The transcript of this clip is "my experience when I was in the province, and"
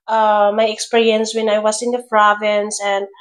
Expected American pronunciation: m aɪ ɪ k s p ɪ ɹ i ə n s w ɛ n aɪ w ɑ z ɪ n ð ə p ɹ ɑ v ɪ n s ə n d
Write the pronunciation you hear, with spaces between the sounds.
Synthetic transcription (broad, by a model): m aɪ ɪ k s p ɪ ɹ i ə n s w ɛ n aɪ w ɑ s ɪ n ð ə p ɹ ɑ v ɪ n s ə n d